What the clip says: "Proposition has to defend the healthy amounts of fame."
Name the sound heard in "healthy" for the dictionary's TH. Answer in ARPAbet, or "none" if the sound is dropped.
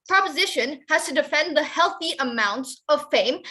TH